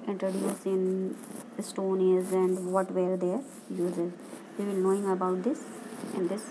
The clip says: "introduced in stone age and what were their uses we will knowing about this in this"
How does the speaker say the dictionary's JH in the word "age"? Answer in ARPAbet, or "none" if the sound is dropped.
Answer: Z